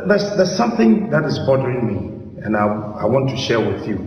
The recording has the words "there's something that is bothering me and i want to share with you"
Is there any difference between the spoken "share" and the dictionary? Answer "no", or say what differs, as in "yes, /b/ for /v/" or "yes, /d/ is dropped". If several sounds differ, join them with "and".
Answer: no